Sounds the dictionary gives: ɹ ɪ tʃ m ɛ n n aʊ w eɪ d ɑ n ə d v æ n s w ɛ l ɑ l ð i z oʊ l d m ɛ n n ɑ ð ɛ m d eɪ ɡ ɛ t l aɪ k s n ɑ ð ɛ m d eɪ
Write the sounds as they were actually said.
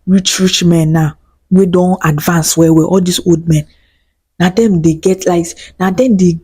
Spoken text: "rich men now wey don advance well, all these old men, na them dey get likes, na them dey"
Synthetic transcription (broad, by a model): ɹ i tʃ m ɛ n n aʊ w eɪ d ɑ n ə d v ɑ n s w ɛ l ɑ l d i s oʊ l d m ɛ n n ɑ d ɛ m d eɪ ɡ ɛ t l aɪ s n ɑ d ɛ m d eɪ